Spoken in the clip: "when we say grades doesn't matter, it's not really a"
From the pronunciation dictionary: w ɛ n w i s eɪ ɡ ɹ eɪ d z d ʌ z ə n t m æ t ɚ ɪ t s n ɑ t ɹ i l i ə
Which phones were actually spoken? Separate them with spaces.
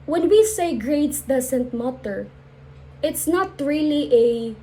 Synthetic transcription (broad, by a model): w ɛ n w i s eɪ ɡ ɹ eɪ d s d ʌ s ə n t m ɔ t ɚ ɪ t s n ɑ t ɹ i l i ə